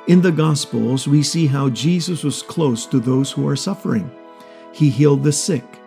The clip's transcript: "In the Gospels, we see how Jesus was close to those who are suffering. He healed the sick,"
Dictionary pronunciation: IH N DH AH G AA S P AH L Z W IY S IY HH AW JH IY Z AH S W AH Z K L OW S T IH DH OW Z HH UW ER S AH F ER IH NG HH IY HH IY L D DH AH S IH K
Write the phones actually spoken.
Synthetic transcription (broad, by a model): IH N DH AH G AA S P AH L Z W IY S IY HH AW JH IY Z AH S W AH Z K L OW S T IH DH OW Z HH UW ER S AH F ER IH NG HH IY HH IY L D DH AH S IH K